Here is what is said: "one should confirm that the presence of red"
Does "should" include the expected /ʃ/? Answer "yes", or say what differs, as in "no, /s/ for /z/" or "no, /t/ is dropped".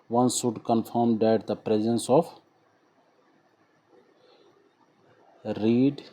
no, /s/ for /ʃ/